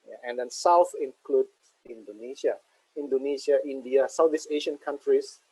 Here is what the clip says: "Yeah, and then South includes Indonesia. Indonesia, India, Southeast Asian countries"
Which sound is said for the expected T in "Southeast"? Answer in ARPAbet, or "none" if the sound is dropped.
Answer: none